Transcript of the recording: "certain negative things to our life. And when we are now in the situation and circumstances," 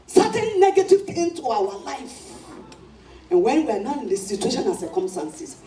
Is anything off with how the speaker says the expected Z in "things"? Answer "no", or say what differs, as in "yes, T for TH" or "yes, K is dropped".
yes, Z is dropped